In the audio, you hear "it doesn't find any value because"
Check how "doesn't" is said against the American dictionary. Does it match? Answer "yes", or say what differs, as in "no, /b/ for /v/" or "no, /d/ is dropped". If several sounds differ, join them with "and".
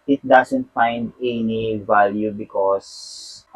no, /s/ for /z/